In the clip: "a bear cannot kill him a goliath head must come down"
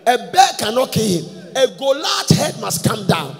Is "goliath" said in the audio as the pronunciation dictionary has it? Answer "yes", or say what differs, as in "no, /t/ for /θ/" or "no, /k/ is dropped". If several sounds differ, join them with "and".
no, /t/ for /θ/